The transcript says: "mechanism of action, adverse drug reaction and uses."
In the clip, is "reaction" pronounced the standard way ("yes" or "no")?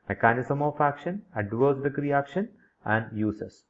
yes